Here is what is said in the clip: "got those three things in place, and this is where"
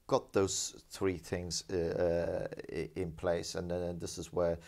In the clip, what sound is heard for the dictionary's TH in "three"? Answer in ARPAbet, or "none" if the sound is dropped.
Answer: TH